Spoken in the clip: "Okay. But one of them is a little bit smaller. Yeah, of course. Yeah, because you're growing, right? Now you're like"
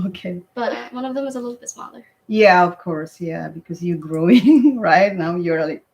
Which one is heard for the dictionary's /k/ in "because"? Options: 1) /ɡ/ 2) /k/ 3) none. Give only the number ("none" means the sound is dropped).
2